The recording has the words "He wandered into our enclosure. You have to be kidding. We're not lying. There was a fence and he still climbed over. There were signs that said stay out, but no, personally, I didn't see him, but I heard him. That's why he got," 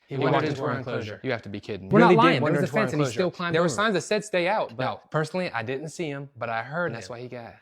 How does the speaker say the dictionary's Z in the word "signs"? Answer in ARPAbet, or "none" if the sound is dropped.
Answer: Z